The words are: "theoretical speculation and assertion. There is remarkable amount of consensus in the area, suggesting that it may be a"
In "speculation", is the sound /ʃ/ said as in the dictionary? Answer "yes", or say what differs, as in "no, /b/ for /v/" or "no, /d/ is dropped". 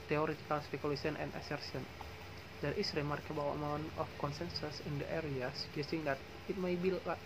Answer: no, /s/ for /ʃ/